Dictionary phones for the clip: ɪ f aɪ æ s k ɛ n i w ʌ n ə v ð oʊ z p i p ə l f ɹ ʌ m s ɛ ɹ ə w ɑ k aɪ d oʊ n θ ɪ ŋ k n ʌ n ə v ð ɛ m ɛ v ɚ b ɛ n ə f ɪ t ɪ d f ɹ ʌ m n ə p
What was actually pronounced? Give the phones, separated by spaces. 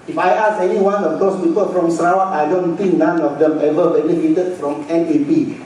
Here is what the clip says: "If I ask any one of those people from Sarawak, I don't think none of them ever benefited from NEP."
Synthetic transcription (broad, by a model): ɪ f aɪ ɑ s ɛ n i w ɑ n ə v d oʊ s p i p ə l f ɹ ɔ m s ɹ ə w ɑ aɪ d oʊ n t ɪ ŋ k n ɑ n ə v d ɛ m ɛ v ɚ b ɛ n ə f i t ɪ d f ɹ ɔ m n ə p